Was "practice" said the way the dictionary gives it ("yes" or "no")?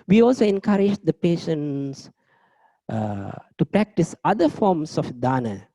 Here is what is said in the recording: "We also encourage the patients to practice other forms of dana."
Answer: yes